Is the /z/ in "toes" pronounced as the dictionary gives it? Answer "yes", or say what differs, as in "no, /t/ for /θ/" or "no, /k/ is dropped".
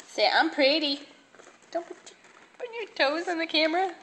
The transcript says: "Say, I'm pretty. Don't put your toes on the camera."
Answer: yes